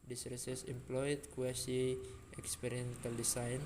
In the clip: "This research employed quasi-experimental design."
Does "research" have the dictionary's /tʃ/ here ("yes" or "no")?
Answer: no